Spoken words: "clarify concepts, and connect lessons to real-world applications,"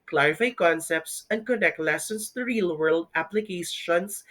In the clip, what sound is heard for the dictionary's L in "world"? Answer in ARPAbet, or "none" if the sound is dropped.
L